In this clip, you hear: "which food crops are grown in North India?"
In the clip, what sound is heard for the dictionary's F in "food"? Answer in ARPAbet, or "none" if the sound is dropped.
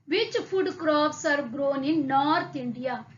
P